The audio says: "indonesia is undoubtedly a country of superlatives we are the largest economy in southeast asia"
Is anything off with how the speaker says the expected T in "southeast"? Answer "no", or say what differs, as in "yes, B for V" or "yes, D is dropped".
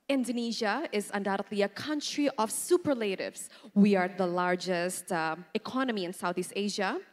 no